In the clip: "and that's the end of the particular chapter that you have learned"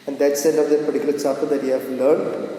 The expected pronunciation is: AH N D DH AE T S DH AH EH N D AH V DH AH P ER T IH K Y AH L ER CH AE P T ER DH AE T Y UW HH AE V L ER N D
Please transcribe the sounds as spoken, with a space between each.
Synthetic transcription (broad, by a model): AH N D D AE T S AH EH N AH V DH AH P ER T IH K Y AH L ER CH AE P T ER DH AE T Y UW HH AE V L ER N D